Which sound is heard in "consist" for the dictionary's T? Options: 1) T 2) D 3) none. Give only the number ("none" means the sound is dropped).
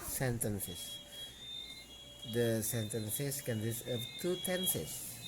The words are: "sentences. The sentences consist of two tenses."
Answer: 3